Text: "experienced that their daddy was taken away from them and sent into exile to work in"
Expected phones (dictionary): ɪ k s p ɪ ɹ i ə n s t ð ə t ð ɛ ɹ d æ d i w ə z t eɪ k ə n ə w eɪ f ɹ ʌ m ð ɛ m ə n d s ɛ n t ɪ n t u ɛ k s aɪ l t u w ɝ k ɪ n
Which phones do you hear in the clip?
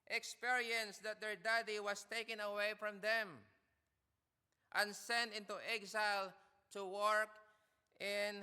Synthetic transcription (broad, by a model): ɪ k s p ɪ ɹ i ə n s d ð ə t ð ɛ ɹ d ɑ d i w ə s t eɪ k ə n ə w eɪ f ɹ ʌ m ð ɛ m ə n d s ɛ n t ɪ n t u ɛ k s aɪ l t u w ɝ k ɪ n